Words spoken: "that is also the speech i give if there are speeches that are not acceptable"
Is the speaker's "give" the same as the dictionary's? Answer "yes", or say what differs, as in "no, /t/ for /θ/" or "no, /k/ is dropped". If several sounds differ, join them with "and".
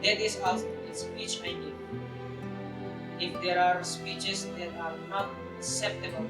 no, /v/ is dropped